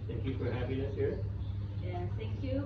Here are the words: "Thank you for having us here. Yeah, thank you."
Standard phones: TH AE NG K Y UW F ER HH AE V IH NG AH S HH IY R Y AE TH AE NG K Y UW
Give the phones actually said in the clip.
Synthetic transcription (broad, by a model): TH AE NG K Y UW F ER HH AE P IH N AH S HH IY R Y AE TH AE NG K Y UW